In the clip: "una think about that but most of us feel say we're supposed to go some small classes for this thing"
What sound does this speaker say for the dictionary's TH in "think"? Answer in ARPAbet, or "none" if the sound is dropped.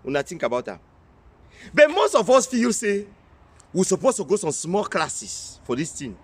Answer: T